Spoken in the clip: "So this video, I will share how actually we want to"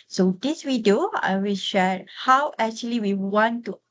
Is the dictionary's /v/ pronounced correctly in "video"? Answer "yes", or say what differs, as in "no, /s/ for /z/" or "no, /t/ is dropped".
no, /w/ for /v/